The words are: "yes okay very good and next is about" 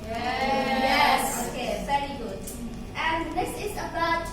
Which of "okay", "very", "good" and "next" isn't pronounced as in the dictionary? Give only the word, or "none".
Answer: next